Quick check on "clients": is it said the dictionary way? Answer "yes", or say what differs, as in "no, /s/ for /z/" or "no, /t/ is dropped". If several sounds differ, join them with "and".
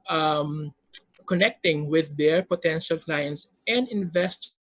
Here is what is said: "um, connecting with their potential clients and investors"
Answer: yes